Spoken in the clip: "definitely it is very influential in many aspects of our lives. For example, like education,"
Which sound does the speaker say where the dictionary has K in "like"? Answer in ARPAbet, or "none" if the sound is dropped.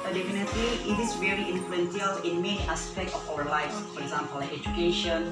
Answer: none